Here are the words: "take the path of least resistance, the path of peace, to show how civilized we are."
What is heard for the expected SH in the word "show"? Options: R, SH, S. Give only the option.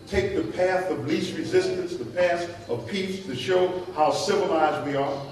SH